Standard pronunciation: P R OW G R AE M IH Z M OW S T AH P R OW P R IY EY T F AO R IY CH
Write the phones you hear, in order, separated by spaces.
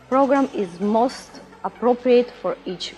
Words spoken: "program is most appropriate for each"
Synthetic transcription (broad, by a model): P R OW G R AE M IH Z M OW S T AH P R OW P R IY EY T F AO R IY CH